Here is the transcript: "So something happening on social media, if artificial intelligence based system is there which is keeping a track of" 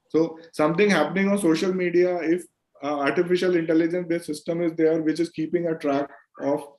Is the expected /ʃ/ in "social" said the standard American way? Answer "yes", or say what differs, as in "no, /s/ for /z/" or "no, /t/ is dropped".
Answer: yes